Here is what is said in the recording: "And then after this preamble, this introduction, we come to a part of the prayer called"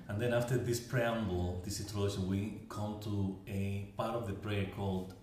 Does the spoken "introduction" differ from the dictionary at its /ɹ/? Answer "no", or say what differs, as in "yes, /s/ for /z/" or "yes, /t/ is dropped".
yes, /ɹ/ is dropped